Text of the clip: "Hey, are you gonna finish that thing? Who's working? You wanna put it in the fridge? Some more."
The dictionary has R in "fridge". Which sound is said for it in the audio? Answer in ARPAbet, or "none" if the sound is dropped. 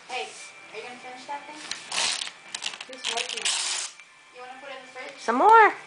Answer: none